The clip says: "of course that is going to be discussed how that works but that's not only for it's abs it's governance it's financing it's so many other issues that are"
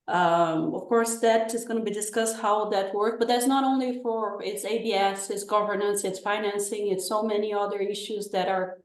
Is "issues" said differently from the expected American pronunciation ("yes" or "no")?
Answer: no